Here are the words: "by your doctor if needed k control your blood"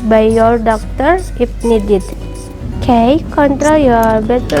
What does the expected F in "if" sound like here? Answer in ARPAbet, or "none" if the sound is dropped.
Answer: P